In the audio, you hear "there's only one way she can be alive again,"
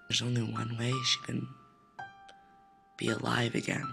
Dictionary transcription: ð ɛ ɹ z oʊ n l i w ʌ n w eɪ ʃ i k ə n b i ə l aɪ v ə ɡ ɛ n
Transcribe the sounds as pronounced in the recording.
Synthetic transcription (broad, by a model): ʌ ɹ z oʊ n l i w ʌ n w eɪ ʃ i k ə n b i ə l aɪ v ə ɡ ɛ n